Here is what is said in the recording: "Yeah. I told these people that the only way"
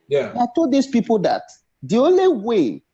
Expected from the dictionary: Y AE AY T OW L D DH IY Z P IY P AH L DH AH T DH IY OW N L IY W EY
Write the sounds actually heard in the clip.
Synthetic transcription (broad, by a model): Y AY T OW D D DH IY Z P IY P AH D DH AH T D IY OW N L IY W EY